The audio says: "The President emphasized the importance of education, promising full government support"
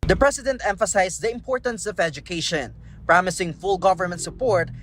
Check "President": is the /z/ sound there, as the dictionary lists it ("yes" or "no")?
no